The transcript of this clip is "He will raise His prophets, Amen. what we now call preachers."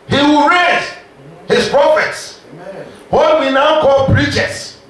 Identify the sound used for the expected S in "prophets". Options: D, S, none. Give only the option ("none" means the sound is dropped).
S